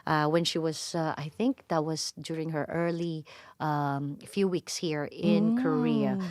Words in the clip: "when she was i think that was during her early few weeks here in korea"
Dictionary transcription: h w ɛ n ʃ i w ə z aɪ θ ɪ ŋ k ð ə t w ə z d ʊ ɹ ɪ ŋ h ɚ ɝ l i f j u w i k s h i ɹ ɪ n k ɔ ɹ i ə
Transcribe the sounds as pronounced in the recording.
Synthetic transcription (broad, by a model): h w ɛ n ʃ i w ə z aɪ θ ɪ ŋ k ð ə t w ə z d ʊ ɹ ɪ ŋ h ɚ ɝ l i f j u w i k s h i ɹ ɪ n k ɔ ɹ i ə